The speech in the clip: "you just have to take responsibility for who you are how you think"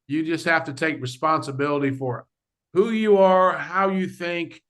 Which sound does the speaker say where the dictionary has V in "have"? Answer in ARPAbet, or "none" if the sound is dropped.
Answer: F